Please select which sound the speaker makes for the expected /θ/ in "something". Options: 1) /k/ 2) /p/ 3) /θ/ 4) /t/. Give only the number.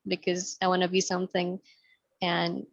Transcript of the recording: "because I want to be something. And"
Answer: 3